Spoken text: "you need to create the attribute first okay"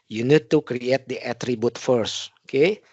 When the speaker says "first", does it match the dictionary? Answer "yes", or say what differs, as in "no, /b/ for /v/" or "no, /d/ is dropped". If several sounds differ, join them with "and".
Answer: no, /t/ is dropped